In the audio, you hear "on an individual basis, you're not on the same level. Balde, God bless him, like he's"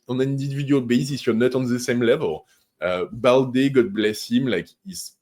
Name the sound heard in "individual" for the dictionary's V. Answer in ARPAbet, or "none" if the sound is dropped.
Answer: none